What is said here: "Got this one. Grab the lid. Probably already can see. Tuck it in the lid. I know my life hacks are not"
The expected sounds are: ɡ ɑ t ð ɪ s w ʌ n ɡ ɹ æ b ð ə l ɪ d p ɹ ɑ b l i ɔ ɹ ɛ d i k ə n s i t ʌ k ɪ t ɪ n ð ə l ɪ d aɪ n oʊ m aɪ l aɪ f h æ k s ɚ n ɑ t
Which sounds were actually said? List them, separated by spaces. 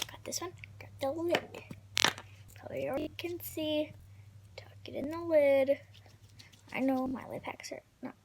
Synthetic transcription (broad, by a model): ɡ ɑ t ð ɪ s w ʌ n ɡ ɑ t ð ə l ɪ d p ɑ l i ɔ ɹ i k ə n s i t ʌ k ɪ t ɪ n ð ə l ɪ d aɪ n oʊ m aɪ l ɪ p h æ k s ɚ n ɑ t